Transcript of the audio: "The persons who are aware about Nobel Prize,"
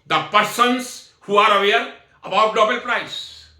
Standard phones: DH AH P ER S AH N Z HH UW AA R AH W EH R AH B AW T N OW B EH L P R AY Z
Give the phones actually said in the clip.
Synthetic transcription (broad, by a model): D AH P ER S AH N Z HH UW AA R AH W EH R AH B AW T L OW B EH L P R AY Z